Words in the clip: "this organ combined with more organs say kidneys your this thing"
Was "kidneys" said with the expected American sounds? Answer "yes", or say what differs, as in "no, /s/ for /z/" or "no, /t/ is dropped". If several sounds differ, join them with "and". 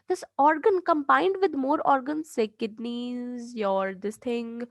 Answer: yes